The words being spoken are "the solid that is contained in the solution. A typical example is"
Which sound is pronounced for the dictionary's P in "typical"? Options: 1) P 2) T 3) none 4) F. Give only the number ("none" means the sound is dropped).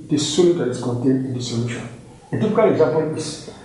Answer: 4